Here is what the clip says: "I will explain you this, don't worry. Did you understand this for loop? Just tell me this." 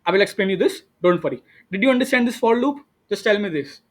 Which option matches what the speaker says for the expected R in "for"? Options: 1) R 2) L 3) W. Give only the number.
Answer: 2